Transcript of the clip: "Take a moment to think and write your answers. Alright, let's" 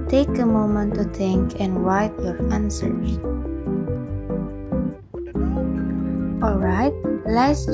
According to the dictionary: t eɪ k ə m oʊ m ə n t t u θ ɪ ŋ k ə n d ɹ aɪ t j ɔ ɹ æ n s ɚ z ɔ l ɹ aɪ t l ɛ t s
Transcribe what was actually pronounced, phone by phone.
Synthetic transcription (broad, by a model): t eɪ k ə m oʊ m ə n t t u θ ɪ ŋ k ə n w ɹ aɪ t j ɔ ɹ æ n s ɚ ɔ l ɹ aɪ t l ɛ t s